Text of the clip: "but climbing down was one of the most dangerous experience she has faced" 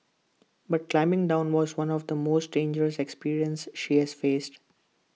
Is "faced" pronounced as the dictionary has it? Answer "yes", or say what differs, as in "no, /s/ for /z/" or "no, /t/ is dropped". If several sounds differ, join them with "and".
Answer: yes